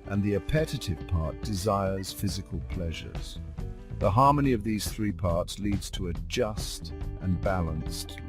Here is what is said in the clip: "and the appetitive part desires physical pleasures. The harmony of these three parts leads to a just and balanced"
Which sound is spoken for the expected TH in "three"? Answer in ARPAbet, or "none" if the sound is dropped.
TH